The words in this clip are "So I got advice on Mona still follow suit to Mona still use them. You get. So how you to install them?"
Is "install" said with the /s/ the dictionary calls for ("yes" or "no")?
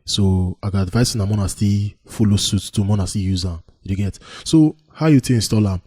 yes